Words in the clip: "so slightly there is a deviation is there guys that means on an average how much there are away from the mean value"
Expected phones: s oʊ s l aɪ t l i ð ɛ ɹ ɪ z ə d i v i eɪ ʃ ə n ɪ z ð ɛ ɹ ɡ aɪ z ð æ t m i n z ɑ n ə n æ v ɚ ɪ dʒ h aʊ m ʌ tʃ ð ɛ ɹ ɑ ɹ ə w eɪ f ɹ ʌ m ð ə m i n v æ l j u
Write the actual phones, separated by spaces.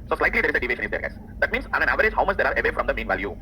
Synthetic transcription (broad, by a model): s oʊ s l aɪ t l i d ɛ ɹ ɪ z ə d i v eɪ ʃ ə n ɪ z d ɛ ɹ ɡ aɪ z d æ t m i n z ɑ n ə n æ v ɚ ɪ dʒ h aʊ m ʌ tʃ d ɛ ɹ ɑ ɹ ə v eɪ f ɹ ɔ m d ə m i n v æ l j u